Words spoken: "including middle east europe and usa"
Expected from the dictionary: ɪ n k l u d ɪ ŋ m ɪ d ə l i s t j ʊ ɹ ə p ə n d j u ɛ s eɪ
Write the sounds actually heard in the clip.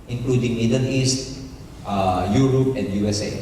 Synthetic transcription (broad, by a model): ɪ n k l u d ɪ ŋ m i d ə n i s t j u ɹ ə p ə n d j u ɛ s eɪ